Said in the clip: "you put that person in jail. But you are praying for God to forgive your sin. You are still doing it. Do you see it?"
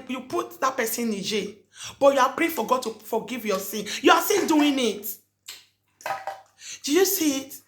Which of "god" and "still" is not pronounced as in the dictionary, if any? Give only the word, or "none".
still